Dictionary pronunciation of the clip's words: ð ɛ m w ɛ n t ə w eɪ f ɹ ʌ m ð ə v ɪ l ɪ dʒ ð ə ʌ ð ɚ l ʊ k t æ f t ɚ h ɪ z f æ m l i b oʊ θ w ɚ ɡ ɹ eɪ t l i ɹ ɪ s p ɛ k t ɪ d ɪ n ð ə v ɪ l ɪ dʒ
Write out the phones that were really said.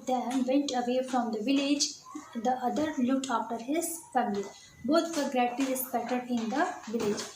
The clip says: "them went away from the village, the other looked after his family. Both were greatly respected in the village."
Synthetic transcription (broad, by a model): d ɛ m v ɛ n t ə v eɪ f ɹ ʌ m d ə v ɪ l ɪ dʒ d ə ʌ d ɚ l ʊ k t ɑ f t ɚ h ɪ z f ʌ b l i b oʊ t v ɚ ɡ ɹ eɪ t i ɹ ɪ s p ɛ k t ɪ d ɪ n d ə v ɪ l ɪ dʒ